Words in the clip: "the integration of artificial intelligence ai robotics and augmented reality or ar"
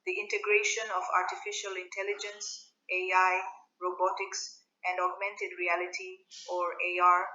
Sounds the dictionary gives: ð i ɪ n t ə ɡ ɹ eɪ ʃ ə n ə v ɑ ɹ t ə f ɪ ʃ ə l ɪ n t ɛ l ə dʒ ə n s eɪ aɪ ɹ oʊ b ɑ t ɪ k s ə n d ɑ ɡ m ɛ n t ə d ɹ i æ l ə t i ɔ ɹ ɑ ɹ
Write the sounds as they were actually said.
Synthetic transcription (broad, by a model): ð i ɪ n t ə ɡ ɹ eɪ ʃ ə n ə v ɑ ɹ t ə f ɪ ʃ ə l ɪ n t ɛ l ə dʒ ə n s eɪ aɪ ɹ oʊ b ɑ t ɪ k s ə n d ɑ ɡ m ɛ n t ə d ɹ i æ l ə t i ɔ ɹ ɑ ɹ